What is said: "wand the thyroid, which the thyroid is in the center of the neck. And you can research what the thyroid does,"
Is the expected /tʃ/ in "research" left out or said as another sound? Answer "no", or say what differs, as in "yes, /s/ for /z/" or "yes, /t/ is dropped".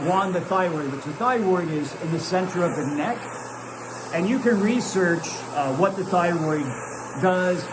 no